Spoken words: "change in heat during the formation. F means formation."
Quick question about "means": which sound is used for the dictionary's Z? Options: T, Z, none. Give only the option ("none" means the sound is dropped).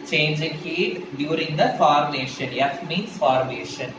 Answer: none